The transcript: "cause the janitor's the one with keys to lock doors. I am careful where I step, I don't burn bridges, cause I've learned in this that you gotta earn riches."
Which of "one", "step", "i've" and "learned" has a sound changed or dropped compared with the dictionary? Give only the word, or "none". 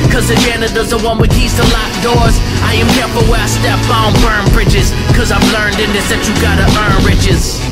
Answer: step